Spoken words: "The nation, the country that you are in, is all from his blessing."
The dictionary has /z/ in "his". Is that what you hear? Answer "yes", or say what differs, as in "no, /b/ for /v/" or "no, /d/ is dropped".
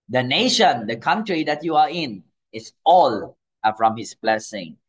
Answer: no, /s/ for /z/